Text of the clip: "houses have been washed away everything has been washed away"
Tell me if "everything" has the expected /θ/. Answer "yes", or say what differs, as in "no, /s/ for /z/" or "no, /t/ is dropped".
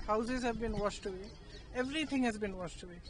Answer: no, /t/ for /θ/